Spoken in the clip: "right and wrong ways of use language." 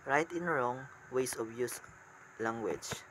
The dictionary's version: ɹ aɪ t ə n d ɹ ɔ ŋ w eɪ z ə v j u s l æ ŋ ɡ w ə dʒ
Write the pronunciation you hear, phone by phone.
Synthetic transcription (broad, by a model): ɹ aɪ t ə n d ɹ ɔ ŋ w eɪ s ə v j u s l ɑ ŋ ɡ w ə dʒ